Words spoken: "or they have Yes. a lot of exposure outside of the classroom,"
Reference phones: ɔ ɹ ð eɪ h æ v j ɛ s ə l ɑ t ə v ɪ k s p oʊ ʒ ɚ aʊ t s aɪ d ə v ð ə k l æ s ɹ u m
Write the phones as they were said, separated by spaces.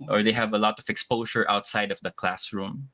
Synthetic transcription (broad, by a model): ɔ ɹ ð eɪ h æ v ə l ɑ t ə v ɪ k s p oʊ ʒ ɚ aʊ t s aɪ d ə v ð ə k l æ s ɹ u m